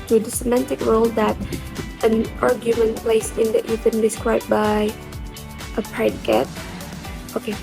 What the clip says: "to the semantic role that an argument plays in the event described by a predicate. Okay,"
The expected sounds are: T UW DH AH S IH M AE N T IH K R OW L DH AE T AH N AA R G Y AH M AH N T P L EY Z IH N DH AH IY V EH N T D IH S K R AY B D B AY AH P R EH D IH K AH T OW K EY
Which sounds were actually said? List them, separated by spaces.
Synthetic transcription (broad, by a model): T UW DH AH S IH M AE N T IH K R OW L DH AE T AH N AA R G Y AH M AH N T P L EY S IH N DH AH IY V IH N D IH S K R AY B B AY AH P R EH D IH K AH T OW K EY